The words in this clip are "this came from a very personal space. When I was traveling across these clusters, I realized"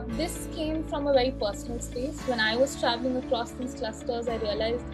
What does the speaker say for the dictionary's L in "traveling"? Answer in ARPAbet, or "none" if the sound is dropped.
L